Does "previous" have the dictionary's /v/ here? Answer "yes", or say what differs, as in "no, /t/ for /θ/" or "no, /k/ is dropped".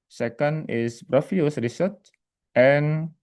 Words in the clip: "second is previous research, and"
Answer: no, /f/ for /v/